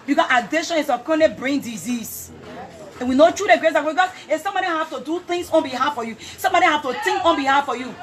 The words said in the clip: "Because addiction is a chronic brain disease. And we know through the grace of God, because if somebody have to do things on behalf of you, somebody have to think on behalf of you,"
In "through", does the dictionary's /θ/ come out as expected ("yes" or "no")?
no